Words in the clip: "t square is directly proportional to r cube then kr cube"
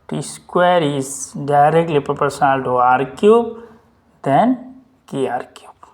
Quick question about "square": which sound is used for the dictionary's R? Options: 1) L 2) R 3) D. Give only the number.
2